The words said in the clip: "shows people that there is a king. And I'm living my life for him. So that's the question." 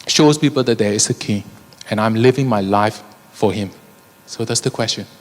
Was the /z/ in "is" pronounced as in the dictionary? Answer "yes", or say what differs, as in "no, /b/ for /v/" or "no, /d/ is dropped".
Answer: no, /s/ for /z/